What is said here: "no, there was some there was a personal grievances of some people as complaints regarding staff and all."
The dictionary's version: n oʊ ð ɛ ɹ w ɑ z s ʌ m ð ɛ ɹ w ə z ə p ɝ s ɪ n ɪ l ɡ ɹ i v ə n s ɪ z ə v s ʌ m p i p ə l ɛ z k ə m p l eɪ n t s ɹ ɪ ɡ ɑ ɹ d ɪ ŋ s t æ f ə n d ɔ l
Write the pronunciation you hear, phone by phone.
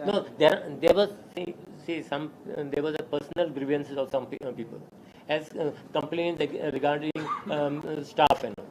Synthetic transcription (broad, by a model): n oʊ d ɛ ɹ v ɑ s s ʌ m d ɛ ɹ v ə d ə p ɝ s n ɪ l ɡ ɹ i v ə n s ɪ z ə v s ʌ m p i p ə l ɛ z k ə m p l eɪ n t ɹ ɪ ɡ ɑ ɹ d ɪ ŋ s t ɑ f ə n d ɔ